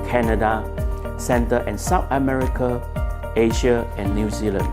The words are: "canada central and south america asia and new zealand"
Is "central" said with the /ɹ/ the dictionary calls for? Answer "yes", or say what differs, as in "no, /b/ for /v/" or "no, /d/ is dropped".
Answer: no, /ɹ/ is dropped